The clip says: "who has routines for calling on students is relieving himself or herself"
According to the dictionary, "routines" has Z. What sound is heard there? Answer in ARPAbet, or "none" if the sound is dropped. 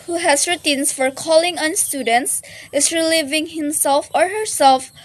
S